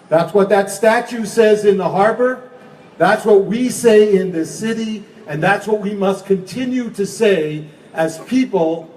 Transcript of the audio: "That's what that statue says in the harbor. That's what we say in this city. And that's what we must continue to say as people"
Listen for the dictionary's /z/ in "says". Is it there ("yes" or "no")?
yes